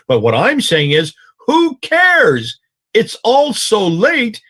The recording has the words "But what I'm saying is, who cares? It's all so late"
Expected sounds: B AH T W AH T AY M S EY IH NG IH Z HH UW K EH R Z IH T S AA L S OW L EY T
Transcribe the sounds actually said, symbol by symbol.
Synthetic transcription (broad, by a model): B AH T W AH T AY M S EY IH NG IH Z HH UW K EH R Z IH T S AA L S OW L EY T